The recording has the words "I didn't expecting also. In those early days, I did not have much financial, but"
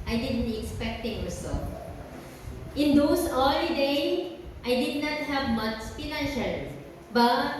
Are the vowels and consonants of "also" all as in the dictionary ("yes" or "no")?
no